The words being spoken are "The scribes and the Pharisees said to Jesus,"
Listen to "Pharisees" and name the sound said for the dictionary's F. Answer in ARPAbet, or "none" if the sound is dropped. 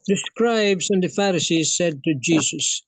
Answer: F